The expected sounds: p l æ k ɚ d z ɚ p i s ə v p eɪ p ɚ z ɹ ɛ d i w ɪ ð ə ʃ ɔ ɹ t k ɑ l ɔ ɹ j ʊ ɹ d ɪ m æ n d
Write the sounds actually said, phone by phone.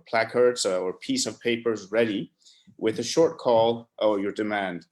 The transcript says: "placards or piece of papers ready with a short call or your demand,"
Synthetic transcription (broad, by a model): p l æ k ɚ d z ɚ p i s ə v p eɪ p ɚ z ɹ ɛ d i w ɪ ð ə ʃ ɔ ɹ t k ɑ l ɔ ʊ j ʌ ɹ d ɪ m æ n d